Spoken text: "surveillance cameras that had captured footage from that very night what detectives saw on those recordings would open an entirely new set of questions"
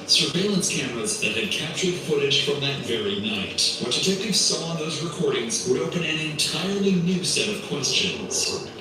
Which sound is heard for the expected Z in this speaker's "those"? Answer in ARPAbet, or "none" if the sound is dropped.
Z